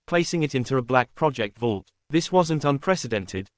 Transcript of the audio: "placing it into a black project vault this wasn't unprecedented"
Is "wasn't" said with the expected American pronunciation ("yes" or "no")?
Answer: yes